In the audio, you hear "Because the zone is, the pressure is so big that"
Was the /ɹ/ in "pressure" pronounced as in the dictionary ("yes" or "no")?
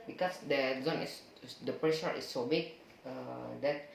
yes